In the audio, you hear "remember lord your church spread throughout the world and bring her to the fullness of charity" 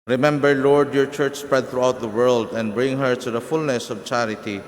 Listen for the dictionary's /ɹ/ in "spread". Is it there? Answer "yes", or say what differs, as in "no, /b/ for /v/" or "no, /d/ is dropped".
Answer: yes